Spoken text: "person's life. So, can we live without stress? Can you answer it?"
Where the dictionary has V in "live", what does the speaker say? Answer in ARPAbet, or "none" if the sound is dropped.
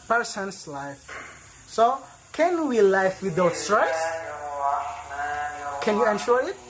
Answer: F